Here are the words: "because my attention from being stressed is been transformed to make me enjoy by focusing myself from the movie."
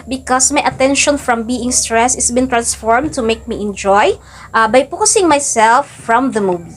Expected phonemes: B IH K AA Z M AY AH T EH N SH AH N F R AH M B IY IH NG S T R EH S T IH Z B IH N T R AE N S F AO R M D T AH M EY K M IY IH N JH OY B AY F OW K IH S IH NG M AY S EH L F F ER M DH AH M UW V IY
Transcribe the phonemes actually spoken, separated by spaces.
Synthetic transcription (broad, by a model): B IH K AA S M AY AH T EH N SH AH N F R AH M B IY IH NG S T R EH S IH S B IH N T R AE N S F AO R M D T AH M EY K M IY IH N JH OY B AY P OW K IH S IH NG M AY S EH L F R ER M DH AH M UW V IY